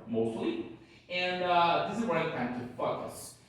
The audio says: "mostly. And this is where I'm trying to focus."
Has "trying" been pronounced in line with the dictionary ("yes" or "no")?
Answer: no